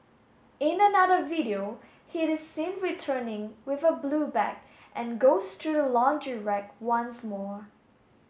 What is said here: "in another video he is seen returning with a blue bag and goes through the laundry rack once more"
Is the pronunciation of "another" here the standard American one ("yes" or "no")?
yes